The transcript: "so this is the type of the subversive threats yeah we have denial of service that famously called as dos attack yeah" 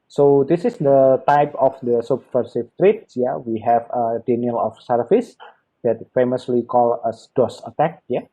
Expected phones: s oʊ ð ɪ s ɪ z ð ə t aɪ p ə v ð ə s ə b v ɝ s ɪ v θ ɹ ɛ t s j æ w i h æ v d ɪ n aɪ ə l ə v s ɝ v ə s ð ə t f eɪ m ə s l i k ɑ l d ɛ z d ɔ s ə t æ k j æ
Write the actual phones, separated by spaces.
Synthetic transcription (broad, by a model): s oʊ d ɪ s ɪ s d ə t aɪ p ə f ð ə s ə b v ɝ s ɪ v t ɹ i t s j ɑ w i h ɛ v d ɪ n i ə l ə f s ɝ f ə s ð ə t f eɪ m ə s l i k ɑ l ʌ s d ɔ s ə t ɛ k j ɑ